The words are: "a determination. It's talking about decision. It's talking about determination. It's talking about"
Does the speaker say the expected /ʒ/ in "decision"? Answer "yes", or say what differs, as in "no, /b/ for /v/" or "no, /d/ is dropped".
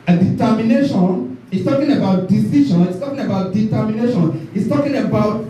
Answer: no, /ʃ/ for /ʒ/